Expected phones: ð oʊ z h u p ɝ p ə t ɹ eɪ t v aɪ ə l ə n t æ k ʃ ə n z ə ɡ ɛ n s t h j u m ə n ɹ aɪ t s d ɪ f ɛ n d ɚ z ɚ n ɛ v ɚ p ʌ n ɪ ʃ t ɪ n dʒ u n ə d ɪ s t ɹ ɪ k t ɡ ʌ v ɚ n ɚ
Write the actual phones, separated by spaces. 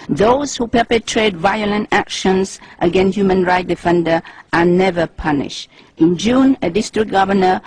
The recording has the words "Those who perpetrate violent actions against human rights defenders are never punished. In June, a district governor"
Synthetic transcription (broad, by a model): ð oʊ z h u p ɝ p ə t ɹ eɪ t v aɪ ə l ə n t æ k ʃ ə n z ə ɡ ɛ n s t h j u m ə n ɹ aɪ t d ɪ f ɛ n d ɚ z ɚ n ɛ v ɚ p ʌ n ɪ ʃ t ɪ n dʒ u n ə d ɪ s t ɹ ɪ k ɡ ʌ v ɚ n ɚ